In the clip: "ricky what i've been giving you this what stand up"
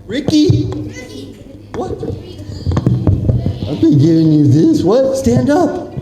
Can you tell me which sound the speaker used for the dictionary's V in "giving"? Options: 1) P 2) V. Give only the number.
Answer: 2